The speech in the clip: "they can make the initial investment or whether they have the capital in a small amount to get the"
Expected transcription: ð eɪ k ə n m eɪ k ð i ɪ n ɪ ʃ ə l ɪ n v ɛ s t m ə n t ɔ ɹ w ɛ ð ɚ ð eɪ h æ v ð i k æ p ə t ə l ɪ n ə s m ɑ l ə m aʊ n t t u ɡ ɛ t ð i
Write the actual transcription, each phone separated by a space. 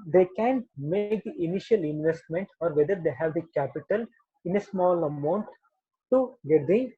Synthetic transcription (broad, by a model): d eɪ k ə n m eɪ k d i ɪ n ɪ ʃ ə l ɪ n v ɛ s t m ə n t ɔ ɹ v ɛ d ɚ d eɪ h æ v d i k æ p ə t ə l ɪ n ə s m ɑ l ə m aʊ n t t u ɡ ɛ t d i